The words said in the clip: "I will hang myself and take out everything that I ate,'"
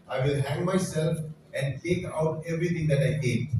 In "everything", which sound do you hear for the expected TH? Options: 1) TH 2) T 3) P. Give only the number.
2